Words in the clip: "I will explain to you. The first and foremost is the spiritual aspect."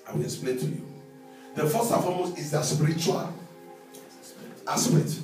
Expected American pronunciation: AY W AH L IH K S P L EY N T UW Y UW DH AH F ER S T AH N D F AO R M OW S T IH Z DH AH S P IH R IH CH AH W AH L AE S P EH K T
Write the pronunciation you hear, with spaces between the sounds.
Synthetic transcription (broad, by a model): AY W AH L IH K S P L EY N T UW Y UW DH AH F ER S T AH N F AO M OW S IH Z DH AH S P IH R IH CH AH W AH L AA S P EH K T